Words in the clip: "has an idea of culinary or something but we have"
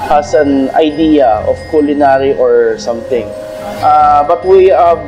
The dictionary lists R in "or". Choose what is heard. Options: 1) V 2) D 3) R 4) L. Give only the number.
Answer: 3